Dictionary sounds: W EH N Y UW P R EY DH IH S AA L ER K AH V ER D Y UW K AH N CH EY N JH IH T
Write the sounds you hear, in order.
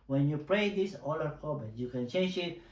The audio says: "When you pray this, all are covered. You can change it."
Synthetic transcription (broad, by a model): W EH N Y UW P R EY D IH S AA L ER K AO B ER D Y UW K AH N CH EY N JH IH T